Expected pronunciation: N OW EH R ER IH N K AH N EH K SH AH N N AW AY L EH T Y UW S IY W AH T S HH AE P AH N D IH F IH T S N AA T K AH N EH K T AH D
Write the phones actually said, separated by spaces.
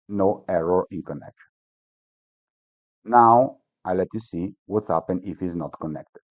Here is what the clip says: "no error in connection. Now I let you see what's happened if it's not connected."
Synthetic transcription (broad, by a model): N OW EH R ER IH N K AH N EH K SH AH N N AW AY L EH T Y UW S IY W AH T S HH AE P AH N IH F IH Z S N AA T K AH N EH K T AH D